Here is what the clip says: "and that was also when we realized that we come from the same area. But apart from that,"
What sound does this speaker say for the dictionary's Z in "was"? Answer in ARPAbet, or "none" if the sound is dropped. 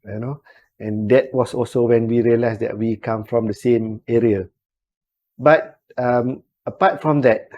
S